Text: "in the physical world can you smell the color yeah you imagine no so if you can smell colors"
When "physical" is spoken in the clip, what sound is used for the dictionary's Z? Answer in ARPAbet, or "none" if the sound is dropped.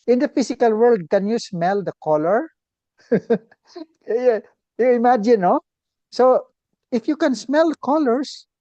S